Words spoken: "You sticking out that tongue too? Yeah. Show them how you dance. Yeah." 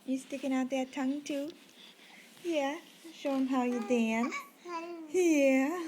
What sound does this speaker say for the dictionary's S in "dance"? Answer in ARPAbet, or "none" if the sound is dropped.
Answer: none